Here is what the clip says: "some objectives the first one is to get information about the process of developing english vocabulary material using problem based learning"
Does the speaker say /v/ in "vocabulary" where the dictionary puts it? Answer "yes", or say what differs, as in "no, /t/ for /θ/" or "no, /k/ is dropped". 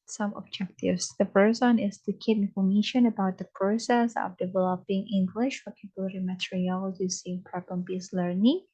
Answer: no, /w/ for /v/